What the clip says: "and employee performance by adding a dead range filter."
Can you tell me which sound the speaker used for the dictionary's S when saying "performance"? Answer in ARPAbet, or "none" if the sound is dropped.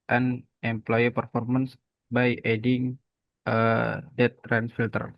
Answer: S